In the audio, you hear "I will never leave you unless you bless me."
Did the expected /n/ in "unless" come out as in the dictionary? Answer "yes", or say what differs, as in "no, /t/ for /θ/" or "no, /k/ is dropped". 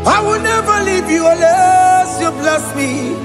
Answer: no, /n/ is dropped